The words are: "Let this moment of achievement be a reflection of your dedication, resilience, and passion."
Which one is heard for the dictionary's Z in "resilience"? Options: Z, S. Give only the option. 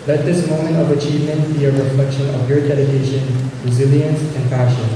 Z